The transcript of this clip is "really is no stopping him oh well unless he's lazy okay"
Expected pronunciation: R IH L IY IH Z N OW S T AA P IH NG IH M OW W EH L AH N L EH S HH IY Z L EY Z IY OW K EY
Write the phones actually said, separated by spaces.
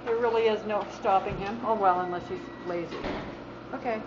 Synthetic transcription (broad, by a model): R IH L IY IH Z N OW S T AA P IH NG IH M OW W EH L AH N L EH S HH IY Z L EY Z IY OW K EY